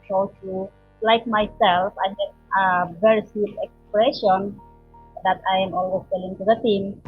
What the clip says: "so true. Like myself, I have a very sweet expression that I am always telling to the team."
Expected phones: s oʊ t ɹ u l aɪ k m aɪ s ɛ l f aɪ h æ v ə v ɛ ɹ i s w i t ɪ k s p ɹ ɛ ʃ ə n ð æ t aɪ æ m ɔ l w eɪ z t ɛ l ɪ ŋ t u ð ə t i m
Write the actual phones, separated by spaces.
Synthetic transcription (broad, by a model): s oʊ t u l aɪ k m aɪ s ɛ l f aɪ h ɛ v ə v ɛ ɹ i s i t ɪ k s p ɹ ɛ ʃ ə n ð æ t aɪ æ m ɔ l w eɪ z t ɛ l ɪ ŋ t u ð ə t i m